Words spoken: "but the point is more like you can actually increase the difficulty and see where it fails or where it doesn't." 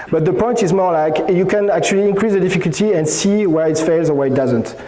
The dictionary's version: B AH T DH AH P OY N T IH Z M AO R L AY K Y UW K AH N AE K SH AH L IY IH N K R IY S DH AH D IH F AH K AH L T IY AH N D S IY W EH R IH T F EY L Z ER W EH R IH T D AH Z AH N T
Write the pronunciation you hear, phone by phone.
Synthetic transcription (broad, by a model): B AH T DH AH P OY N T IH Z M AO R L AY K Y UW K AH N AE K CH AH L IY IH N K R IY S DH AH D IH F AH K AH L T IY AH N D S IY W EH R IH T F EY L Z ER W EH R IH T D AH Z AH N T